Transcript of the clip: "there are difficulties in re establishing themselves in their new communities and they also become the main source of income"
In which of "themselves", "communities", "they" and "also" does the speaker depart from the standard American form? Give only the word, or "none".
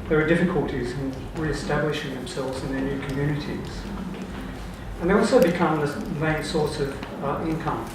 none